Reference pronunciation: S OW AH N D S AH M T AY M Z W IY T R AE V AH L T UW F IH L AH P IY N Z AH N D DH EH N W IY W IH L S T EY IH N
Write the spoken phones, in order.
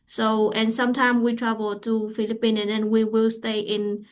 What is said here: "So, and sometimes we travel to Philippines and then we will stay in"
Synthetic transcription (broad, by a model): S OW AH N S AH M T AY M W IY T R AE V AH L T UW F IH L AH P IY N AH N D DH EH N W IY W IH L S T EY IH N